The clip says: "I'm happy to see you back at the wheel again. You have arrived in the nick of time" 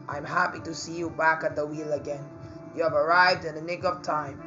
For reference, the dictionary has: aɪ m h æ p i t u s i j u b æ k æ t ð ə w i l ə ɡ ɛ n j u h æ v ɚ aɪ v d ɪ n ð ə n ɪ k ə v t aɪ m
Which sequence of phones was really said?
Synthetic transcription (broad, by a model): aɪ m h æ p i t u s i j u b æ k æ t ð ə w i l ə ɡ ɛ n j u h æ v ɚ aɪ v d ɪ n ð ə n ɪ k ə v t aɪ m